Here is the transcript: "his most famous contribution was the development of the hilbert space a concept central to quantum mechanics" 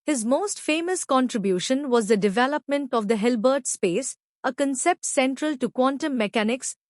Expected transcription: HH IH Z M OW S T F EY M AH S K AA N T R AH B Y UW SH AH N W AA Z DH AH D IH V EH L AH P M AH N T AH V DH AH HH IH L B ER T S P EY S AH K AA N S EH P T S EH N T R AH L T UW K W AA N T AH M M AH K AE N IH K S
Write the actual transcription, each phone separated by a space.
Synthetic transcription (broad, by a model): HH IH Z M OW S T F EY M AH S K AA N T R AH B Y UW SH AH N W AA Z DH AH D IH V EH L AH P M AH N T AH V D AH HH IH L B ER T S P EY S AH K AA N S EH P T S EH N T R AH L T UW K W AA N T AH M M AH K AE N IH K S